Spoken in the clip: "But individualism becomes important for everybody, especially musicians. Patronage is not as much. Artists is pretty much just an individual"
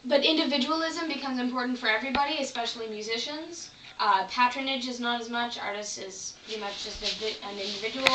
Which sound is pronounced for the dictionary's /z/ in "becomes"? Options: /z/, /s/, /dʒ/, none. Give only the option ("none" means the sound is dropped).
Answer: /z/